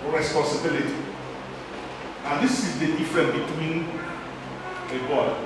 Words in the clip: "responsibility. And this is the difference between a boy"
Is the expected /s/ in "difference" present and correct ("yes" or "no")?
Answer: no